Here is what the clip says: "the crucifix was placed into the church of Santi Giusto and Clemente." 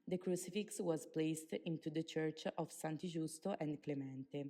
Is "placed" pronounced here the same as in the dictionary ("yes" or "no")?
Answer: yes